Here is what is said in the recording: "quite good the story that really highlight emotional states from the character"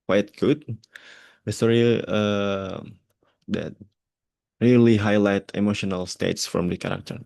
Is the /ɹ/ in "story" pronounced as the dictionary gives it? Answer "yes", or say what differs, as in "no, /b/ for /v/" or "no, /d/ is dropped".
no, /ɹ/ is dropped